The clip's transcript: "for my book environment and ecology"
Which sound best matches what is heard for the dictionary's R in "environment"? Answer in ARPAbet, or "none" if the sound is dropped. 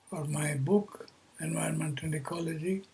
none